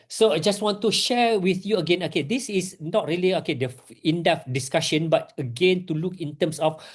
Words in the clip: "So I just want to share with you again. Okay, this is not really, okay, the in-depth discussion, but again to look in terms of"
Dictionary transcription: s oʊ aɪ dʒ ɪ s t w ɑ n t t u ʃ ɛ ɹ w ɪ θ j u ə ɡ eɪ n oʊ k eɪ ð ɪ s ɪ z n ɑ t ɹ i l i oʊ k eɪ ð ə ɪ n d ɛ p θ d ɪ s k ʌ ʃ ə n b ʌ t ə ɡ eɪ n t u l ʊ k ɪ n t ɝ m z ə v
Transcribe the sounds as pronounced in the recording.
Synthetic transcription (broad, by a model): s oʊ aɪ dʒ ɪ s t w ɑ n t t u ʃ ɛ ɹ w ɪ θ j u ə ɡ eɪ n oʊ k eɪ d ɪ s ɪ s n ɑ t ɹ i l i oʊ k eɪ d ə ɪ n d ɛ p d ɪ s k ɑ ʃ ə n b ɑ t ə ɡ eɪ n t u l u k ɪ n t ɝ m s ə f